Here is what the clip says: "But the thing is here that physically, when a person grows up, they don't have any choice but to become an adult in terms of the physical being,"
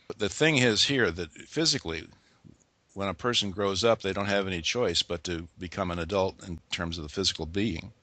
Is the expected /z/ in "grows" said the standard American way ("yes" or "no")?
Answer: yes